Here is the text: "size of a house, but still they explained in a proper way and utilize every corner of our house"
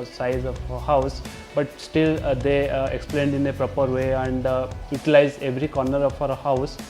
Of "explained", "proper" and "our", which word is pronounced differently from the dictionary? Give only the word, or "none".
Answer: none